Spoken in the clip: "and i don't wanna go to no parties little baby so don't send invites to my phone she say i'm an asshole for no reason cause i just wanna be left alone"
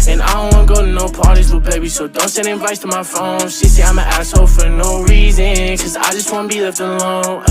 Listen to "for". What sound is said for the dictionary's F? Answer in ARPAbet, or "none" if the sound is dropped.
F